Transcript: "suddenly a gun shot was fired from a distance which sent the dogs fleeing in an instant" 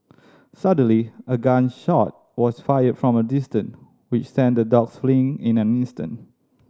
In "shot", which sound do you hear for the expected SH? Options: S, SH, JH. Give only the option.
SH